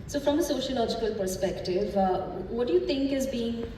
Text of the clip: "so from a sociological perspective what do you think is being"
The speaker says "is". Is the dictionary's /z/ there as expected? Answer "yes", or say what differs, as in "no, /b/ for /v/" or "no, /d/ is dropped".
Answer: yes